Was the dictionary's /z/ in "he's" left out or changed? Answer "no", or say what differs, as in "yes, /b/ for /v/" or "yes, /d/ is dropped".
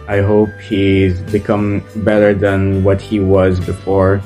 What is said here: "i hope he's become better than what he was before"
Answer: no